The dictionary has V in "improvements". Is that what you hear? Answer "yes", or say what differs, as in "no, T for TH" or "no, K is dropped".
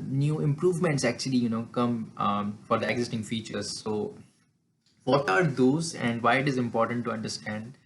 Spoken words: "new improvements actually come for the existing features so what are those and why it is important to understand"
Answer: yes